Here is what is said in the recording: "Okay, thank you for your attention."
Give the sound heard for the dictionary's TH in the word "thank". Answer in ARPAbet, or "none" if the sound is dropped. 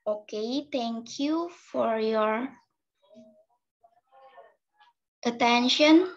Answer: T